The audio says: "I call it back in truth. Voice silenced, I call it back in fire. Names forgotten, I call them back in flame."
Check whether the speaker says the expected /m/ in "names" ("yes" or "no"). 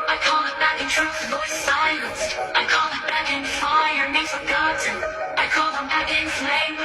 no